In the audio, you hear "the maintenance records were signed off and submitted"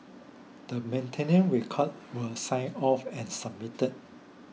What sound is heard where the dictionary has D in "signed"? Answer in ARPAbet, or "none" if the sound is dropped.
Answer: none